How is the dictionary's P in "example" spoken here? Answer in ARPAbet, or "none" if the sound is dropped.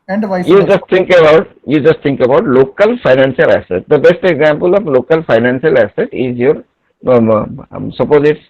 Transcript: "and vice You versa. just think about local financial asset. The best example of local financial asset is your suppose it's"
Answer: P